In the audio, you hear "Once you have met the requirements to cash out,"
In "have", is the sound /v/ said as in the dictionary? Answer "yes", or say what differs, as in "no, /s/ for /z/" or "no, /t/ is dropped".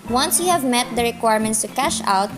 yes